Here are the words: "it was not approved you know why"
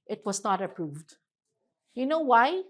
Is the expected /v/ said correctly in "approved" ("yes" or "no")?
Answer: yes